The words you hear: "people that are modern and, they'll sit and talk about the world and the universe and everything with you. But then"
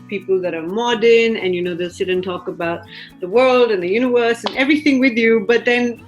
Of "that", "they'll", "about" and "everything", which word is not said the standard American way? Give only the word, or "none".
none